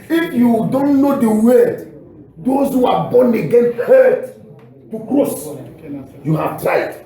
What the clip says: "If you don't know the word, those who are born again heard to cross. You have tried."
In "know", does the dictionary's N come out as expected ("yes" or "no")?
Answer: yes